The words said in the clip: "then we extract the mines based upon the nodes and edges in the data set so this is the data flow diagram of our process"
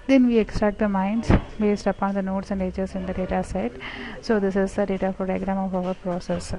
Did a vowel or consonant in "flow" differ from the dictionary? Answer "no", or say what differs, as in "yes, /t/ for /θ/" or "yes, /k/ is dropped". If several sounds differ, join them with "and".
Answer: yes, /l/ is dropped